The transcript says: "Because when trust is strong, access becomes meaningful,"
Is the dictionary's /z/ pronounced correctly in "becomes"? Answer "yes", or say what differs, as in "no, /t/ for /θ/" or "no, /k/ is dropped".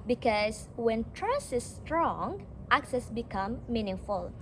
no, /z/ is dropped